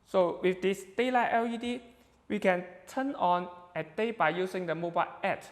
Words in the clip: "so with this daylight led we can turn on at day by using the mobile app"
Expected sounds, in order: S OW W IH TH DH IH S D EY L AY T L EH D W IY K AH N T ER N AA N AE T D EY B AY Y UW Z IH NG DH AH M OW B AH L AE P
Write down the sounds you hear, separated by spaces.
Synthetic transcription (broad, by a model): S OW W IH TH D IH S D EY L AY T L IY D W IY K AH N T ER N AA N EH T D EY B AY Y UW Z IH NG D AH M OW B AH L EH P